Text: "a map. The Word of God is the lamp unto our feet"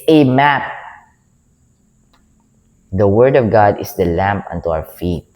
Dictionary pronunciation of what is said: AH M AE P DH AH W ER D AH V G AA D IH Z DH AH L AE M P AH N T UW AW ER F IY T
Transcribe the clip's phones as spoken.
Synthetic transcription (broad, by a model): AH M AE P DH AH W ER D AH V G AA D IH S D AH L AE M P AH N T UW AW ER F IY T